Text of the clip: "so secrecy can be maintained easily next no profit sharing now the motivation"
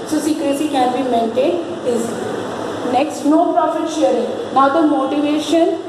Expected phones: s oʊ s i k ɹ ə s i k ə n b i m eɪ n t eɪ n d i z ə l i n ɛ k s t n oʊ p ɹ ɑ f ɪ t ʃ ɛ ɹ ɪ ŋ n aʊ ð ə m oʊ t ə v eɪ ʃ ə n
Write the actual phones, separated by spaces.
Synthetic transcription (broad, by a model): s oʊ s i k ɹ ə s i k ə n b i m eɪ n t eɪ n ɪ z n ɛ k s t n oʊ p ɹ ɑ f ɪ t ʃ ɛ ɹ ɪ ŋ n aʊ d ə m oʊ t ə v eɪ ʃ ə n